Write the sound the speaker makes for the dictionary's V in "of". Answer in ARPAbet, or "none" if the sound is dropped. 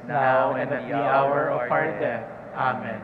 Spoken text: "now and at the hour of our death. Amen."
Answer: P